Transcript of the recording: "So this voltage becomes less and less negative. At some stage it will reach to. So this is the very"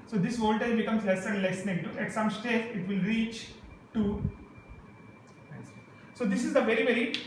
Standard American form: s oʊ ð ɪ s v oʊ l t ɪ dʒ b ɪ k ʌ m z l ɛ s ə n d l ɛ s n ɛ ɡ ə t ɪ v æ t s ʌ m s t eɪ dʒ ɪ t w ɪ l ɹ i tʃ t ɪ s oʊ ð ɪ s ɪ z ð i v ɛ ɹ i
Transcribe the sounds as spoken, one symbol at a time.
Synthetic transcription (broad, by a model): s oʊ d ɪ s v oʊ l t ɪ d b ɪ k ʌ m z l ɛ s ə n d l ɛ s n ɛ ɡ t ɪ æ t s ʌ m s t eɪ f ɪ t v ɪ l ɹ i tʃ t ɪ s oʊ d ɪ s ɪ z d i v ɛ ɹ i